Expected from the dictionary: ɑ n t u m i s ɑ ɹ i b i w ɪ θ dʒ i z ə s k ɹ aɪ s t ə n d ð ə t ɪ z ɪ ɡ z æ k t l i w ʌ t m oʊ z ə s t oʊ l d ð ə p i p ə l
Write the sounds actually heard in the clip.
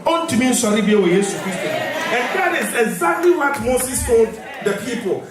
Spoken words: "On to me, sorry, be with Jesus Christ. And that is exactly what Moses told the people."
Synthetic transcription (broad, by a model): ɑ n t u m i s ɑ ɹ i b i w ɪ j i s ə k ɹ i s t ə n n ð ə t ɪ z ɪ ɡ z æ k t l i w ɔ t m oʊ s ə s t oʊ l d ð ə p i p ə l